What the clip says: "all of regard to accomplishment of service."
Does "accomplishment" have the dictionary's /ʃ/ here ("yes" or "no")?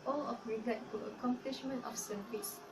yes